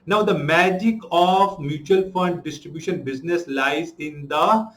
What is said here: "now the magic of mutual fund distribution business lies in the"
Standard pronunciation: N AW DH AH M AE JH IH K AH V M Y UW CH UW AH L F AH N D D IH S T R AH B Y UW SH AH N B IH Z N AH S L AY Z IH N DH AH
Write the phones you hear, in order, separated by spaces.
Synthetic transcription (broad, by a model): N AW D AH M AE JH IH K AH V M Y UW CH UW AH L F AH N D D IH S T R AH B Y UW SH AH N B IH Z N AH S L AY Z IH N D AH